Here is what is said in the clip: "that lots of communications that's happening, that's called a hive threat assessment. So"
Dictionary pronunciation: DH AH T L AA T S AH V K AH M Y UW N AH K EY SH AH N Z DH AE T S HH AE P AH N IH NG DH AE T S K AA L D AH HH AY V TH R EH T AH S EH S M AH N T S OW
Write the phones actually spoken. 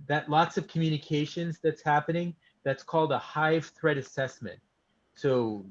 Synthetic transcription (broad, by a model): DH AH T L AA T S AH V K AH M Y UW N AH K EY SH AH N Z DH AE T S HH AE P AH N IH NG DH AE T S K AA L D AH HH AY V TH R EH T AH S EH S M AH N T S OW